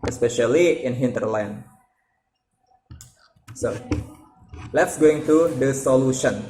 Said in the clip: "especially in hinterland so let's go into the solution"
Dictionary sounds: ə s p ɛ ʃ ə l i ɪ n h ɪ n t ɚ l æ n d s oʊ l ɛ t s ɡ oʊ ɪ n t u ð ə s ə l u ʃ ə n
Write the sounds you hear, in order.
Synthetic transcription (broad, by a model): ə s p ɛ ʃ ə l i ɪ n h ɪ n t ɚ l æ n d s oʊ l ɛ t s ɡ oʊ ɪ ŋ t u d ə s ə l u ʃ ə n